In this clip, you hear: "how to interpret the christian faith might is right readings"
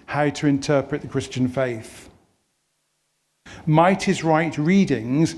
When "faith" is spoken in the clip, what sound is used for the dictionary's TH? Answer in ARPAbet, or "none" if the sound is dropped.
TH